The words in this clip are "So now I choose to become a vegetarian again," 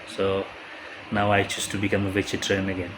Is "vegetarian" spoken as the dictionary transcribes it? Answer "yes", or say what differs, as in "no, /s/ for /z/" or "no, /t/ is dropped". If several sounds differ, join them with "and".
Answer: no, /tʃ/ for /dʒ/